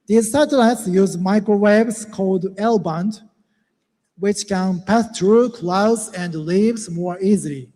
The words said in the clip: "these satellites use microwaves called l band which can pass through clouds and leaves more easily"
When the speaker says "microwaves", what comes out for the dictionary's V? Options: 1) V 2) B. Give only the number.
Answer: 2